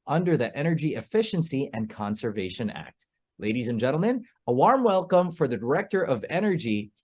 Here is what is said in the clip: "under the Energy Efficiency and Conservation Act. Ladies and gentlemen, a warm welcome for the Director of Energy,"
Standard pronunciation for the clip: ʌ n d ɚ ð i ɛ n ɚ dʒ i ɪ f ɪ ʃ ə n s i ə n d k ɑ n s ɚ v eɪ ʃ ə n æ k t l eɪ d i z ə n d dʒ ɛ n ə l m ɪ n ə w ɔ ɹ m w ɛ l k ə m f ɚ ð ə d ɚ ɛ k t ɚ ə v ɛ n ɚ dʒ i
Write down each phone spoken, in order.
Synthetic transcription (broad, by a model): ʌ n d ɚ ð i ɛ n ɚ dʒ i ɪ f ɪ ʃ ə n s i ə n k ɑ n s ɚ v eɪ ʃ ə n æ k t l eɪ d i z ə n dʒ ɛ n l m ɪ n ə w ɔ ɹ m w ɛ l k ə m f ɚ ð ə d ɚ ɛ k t ɚ ə v ɛ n ɚ dʒ i